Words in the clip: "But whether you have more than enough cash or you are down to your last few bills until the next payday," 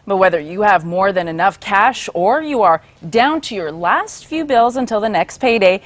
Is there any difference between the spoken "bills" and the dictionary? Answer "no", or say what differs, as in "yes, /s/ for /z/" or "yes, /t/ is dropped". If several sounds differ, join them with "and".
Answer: no